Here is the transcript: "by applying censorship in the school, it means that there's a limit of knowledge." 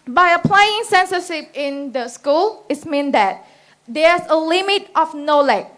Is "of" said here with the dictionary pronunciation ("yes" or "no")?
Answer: no